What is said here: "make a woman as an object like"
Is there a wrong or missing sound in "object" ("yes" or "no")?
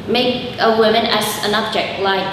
no